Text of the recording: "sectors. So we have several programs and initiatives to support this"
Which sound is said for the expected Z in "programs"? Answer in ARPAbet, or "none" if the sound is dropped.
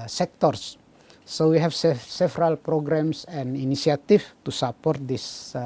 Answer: S